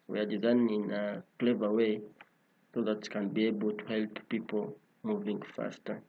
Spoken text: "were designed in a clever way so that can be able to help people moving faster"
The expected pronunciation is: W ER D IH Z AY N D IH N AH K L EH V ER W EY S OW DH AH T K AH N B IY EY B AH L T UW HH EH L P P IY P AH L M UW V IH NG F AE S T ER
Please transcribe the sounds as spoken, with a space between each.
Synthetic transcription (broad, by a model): W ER D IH Z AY N IH N AH K L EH V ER W EY S OW DH AH T K AH N B IY EY B AH L T UW HH EH L P P IY P AH L M UW V IH NG F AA S T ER